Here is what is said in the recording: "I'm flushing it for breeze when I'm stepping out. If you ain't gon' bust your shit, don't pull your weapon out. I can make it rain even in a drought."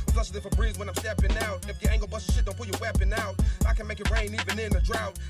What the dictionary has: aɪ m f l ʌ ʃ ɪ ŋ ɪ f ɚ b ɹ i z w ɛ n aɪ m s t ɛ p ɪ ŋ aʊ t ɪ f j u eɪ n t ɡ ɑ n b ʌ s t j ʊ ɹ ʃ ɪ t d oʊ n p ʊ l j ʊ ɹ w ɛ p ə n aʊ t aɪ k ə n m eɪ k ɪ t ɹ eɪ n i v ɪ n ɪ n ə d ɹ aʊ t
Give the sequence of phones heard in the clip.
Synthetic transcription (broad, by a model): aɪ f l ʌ s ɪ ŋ f ɚ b ɹ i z w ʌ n aɪ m s t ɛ p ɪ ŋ aʊ t ɪ f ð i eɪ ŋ ɡ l b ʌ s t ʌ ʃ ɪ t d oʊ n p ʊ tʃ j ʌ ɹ w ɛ p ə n aʊ t aɪ k ə n m eɪ k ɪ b ɹ eɪ n i v ɪ n ɪ n ə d ɹ aʊ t